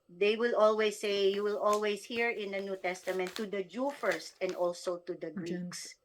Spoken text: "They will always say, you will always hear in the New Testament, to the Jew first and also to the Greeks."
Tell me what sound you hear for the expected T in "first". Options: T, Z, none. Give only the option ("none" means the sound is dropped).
T